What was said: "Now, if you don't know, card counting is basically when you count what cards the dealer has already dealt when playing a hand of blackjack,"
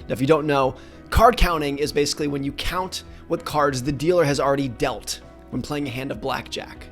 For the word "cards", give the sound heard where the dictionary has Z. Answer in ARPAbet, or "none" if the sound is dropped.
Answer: Z